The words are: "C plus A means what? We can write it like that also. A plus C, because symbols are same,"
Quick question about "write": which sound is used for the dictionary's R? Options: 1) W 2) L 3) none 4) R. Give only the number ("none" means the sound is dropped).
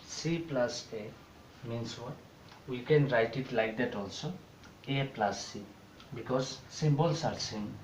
4